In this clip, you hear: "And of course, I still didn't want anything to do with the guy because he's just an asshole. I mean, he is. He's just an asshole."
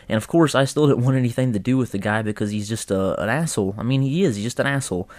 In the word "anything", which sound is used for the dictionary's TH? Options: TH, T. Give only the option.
TH